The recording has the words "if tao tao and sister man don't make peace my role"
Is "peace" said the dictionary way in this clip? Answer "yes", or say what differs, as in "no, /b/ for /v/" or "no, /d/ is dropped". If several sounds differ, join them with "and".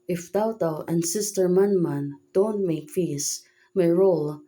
no, /f/ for /p/